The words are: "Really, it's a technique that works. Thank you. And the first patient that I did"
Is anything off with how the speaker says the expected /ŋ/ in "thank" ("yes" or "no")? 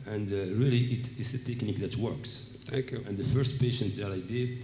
yes